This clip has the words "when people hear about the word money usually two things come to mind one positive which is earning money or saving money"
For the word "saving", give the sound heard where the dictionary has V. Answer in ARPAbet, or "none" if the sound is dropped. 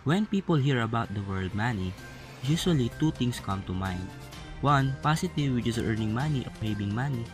B